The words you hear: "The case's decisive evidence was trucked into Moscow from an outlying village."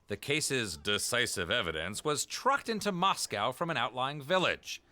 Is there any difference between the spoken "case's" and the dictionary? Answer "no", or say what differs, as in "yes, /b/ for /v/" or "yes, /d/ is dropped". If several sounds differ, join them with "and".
no